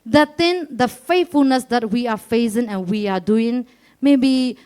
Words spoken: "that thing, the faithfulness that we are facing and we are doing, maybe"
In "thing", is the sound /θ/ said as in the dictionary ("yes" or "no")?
no